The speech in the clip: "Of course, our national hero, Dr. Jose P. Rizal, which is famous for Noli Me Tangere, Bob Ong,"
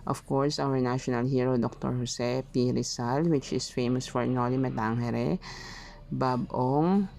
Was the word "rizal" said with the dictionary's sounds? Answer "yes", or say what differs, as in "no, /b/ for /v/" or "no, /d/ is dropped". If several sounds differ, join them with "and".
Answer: no, /s/ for /z/